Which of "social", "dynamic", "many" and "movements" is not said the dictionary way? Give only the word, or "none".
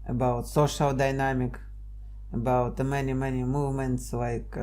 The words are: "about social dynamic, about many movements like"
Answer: none